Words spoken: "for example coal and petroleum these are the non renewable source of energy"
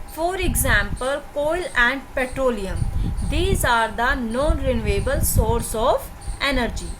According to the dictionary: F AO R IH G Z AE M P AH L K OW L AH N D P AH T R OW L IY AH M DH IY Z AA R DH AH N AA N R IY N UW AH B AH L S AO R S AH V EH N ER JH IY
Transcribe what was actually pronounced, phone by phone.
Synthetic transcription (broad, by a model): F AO R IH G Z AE M P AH L K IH L AH N D P AH T R OW L IY AH M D IY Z AA R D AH N AA N R IY N UW AH B AH L S AO R S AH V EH N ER JH IY